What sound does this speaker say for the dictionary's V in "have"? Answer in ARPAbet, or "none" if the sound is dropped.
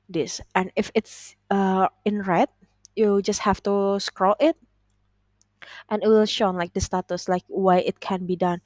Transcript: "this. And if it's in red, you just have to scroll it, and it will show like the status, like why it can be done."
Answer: F